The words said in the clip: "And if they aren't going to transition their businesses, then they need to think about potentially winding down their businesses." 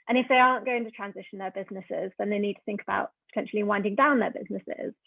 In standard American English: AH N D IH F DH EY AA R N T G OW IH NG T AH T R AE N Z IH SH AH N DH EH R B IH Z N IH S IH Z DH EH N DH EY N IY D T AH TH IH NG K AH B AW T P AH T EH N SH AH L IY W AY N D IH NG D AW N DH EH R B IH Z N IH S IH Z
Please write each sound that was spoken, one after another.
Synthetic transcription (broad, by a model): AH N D IH F DH EY AA N G OW IH NG T AH T R AE N Z IH SH AH N DH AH B IH Z N IH S IH Z DH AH N DH EY N IY D T AH TH IH NG K AH B AW T P AH T EH N SH AH L IY W AY N D IH NG D AW N DH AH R B IH Z N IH S IH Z